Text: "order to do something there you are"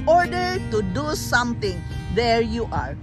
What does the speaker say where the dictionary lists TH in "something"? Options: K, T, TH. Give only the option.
T